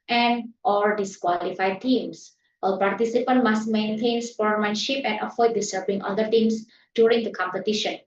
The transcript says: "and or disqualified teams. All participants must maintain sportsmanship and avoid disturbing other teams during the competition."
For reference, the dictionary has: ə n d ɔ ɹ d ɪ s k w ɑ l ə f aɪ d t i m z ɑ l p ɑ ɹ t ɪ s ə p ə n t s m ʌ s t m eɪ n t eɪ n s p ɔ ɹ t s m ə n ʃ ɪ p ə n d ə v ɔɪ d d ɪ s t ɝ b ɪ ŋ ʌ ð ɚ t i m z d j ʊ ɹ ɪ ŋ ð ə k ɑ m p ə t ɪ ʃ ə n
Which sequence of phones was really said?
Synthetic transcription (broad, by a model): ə n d ɔ l d ɪ s k w ɑ l ə f aɪ d t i m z ɑ l p ɑ ɹ t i s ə p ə n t m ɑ s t m eɪ n t eɪ n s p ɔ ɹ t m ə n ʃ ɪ p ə n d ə f ɔɪ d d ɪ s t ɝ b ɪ ŋ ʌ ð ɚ t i m s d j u ɹ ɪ ŋ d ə k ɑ m p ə t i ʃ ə n